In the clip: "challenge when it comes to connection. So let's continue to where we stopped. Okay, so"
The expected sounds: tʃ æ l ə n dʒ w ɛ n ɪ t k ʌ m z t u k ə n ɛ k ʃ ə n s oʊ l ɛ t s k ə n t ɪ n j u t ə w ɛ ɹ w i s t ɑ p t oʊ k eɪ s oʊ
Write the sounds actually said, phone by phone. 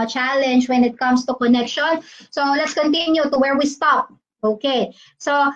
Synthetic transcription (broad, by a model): tʃ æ l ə n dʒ w ɛ n ɪ t k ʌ m s t u k ə n ɛ k ʃ ə n s oʊ l ɛ t s k ə n t ɪ n j u t ə w ɛ ɹ w i s t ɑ p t oʊ k eɪ s oʊ